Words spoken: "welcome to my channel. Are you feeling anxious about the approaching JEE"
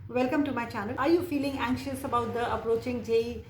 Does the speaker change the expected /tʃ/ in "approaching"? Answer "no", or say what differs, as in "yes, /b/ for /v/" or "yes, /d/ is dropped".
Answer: no